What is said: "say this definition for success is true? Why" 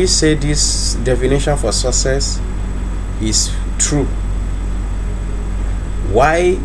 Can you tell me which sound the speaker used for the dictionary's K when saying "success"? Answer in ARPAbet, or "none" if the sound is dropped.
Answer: none